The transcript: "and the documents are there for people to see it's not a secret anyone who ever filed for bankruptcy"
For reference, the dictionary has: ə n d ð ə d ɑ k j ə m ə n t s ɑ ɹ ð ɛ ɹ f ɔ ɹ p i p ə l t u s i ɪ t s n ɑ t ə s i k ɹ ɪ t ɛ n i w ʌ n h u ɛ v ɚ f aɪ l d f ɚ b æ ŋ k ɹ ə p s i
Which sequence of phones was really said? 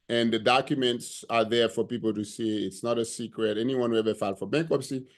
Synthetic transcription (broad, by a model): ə n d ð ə d ɑ k j ə m ə n t s ɑ ɹ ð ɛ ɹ f ɔ ɹ p i p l t u s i ɪ t s n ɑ t ə s i k ɹ ɪ t ɛ n i w ʌ n h u ɛ v ɚ f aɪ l f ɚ b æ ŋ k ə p s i